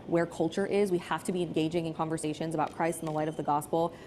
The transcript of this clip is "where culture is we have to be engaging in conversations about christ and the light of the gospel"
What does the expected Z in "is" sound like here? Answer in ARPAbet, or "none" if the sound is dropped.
Z